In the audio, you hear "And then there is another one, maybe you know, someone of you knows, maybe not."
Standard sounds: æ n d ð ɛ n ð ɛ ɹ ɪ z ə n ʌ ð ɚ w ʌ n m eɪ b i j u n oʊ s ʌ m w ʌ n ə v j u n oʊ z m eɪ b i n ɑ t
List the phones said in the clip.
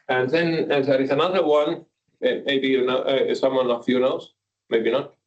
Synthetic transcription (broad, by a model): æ n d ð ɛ n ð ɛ ɹ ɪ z ə n ʌ ð ɚ w ʌ n m eɪ b i j u n oʊ s ʌ m w ʌ n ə f j u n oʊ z m eɪ b i n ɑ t